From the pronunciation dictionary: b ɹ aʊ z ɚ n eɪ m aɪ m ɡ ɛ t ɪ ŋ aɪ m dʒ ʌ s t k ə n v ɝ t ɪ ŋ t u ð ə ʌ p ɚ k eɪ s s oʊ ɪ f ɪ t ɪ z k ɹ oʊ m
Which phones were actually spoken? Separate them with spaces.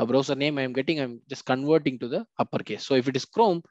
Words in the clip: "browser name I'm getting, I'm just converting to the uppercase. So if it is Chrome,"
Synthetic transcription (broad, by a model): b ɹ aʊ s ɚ n eɪ m aɪ m ɡ ɛ t ɪ ŋ aɪ m dʒ ʌ s t k ə n v ɝ t ɪ ŋ t u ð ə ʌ p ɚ k eɪ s s oʊ ɪ f ɪ t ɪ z k ɹ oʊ m